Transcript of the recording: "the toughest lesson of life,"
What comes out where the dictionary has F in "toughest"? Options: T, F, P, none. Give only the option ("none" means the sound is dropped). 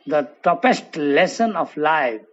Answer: P